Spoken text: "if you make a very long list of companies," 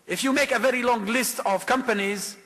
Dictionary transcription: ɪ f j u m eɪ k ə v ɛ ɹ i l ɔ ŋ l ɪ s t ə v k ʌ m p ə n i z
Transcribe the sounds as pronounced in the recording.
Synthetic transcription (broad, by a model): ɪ f j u m eɪ k ə v ɛ ɹ i l ɔ ŋ l ɪ s t ə v k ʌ m p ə n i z